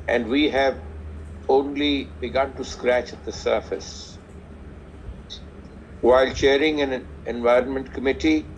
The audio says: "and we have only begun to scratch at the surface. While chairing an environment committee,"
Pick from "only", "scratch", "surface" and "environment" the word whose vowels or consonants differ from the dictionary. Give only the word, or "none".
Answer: none